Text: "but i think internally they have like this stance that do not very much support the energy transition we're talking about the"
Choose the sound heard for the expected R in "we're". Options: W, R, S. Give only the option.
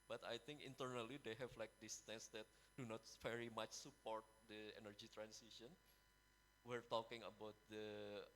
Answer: R